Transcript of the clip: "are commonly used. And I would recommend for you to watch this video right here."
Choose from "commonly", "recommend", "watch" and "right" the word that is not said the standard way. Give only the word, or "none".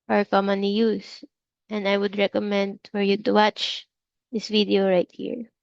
commonly